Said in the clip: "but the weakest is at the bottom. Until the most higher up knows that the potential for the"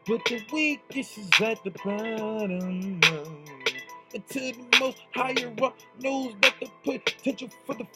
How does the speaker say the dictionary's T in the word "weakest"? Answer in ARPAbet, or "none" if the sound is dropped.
none